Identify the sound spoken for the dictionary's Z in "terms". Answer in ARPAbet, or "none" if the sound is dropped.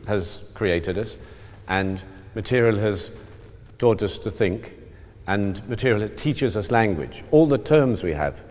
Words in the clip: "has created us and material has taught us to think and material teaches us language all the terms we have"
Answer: Z